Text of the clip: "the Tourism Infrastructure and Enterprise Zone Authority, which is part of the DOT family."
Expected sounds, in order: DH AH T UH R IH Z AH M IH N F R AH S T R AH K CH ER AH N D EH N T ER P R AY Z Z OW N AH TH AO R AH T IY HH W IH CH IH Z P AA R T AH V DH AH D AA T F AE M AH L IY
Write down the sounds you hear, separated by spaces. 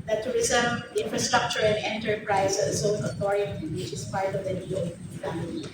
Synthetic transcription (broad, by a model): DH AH T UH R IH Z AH M IH N F R AH S T R AH K CH ER AH N D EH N T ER P R AY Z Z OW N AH T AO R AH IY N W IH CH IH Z P AA R T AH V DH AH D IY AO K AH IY